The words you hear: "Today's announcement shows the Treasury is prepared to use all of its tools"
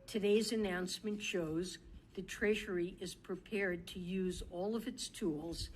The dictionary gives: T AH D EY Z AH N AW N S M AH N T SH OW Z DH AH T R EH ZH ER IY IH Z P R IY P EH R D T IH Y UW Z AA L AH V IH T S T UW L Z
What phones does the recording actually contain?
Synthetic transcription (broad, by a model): T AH D EY Z AH N AW N S M AH N T SH OW Z DH AH T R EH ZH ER IY IH Z P R IY P EH R D T IH Y UW Z AA L AH V IH T S T UW L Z